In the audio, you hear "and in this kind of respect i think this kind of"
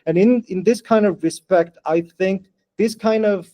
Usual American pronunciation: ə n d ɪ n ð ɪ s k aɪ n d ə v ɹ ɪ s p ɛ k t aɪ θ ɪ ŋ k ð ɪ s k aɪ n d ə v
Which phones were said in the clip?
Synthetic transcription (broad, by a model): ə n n ɪ n ð ɪ s k aɪ n d ə v ɹ ɪ s p ɛ k t aɪ θ ɪ ŋ k ð ɪ s k aɪ n d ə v